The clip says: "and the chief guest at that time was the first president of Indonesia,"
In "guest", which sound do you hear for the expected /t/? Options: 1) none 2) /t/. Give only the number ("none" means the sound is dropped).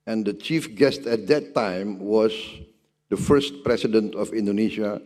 2